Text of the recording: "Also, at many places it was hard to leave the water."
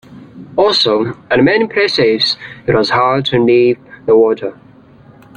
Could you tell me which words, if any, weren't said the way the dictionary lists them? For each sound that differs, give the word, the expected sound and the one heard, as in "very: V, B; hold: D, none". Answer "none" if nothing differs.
leave: L, N